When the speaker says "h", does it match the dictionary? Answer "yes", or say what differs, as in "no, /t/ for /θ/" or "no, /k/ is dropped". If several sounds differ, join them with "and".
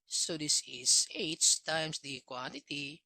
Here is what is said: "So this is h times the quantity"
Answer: no, /s/ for /tʃ/